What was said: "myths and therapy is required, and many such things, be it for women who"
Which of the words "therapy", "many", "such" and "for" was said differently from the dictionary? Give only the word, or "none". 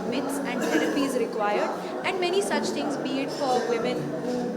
therapy